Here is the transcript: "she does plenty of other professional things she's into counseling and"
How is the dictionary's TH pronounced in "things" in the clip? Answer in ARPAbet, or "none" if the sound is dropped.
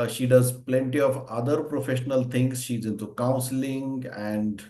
T